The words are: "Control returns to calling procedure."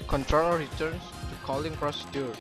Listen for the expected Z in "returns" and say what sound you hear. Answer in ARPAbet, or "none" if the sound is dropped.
S